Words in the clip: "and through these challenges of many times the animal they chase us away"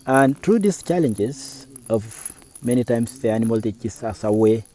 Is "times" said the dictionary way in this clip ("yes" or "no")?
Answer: no